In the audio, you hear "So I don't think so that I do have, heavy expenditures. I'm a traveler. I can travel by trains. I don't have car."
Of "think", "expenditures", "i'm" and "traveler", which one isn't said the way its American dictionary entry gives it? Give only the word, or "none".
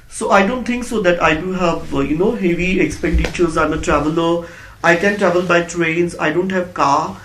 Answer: think